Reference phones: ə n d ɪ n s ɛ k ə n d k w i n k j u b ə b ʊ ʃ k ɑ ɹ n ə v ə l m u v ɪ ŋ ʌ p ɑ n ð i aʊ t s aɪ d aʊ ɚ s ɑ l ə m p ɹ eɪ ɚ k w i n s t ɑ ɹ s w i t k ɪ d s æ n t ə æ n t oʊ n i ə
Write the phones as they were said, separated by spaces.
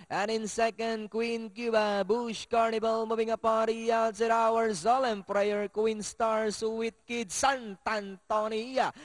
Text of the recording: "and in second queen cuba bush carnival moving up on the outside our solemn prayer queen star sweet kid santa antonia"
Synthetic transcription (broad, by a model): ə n ɪ n s ɛ k ə n d k w i n k j u b ə b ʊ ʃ k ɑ ɹ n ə b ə l m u b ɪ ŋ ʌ p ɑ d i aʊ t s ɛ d aʊ ɚ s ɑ l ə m p ɹ eɪ ɚ k w i n s t ɑ ɹ s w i t k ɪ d s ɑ n t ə n t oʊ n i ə